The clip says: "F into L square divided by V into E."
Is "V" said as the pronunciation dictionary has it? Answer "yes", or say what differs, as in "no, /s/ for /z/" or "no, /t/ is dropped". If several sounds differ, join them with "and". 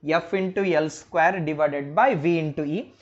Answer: yes